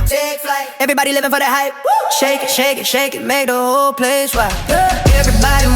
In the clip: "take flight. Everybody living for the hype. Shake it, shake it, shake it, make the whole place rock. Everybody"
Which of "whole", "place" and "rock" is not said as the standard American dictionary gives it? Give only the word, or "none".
rock